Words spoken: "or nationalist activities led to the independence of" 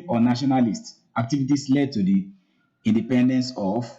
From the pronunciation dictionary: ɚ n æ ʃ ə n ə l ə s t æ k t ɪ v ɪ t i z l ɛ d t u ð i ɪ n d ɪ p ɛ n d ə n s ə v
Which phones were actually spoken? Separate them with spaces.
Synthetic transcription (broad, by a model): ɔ n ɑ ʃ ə n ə l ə s t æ k t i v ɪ t i s l ɛ d t u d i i n d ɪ p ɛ n d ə n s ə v